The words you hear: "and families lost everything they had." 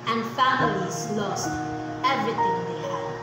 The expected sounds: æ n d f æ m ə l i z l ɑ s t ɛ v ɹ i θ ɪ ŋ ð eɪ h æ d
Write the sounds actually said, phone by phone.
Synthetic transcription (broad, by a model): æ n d f æ m ə l i z l ɑ s t ɛ v ɹ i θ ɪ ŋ ð eɪ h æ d